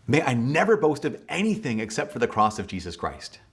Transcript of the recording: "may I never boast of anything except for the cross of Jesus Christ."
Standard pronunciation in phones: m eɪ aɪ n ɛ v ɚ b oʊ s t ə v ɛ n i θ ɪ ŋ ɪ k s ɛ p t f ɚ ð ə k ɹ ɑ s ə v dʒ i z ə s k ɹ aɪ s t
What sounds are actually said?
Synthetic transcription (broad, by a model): m eɪ aɪ n ɛ v ɚ b oʊ s t ə v ɛ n i θ ɪ ŋ ɪ k s ɛ p t f ɚ ð ə k ɹ ɑ s ə v dʒ i z ə s k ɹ aɪ s t